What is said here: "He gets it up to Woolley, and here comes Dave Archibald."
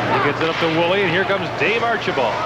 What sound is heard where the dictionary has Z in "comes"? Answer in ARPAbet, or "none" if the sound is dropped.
Z